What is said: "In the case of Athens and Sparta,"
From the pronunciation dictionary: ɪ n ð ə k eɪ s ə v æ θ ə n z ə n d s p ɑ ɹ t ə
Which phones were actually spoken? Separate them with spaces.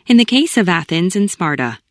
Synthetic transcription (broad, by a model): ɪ n ð ə k eɪ s ə v æ θ ə n z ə n s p ɑ ɹ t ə